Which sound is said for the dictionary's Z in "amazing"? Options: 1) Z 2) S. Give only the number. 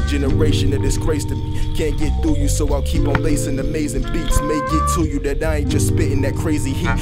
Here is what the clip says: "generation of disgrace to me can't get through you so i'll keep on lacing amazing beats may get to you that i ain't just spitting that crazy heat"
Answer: 1